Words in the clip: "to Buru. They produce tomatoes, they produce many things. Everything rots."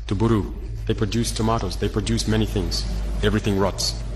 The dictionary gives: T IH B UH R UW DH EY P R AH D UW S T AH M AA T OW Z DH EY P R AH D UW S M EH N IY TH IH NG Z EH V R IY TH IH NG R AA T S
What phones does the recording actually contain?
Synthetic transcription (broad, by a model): T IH B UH R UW DH EY P R AH D UW S T AH M AA T OW Z DH EY P R AH D UW S M EH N IY TH IH NG Z EH V R IY TH IH NG R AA T S